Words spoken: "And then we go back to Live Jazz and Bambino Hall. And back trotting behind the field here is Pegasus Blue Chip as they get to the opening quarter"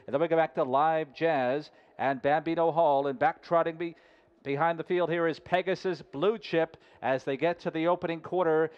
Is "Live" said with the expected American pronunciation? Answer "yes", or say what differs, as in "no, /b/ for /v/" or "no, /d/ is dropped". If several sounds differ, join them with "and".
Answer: yes